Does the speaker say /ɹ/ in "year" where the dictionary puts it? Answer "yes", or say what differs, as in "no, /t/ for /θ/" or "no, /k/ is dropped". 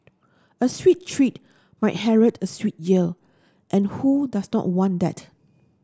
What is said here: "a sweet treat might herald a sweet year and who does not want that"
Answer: no, /l/ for /ɹ/